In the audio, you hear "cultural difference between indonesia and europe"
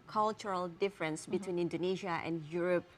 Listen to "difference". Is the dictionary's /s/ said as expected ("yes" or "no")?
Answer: yes